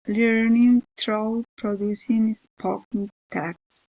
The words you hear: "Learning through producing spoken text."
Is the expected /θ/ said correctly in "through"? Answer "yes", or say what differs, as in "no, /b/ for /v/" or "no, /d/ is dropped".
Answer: no, /t/ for /θ/